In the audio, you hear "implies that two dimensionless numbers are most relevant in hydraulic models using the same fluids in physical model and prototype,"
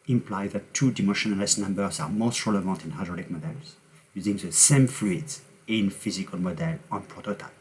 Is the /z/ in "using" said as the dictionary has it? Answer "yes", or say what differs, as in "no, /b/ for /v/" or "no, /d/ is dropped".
yes